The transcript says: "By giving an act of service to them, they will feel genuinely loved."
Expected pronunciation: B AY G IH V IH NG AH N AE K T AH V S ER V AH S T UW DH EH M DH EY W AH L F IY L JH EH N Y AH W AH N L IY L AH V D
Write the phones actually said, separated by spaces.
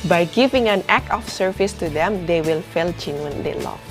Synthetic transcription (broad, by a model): B AY G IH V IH NG AH N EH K AH F S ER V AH S T UW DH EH M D EY W AH L F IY L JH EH N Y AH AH N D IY L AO